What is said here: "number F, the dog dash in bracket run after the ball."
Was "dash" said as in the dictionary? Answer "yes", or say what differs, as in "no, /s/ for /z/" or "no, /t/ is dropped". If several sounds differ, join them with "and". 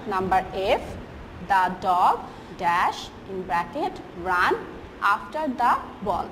yes